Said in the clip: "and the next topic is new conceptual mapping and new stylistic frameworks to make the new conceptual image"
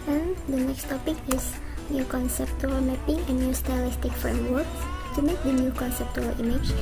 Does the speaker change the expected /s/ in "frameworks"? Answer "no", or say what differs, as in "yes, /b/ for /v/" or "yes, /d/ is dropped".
yes, /s/ is dropped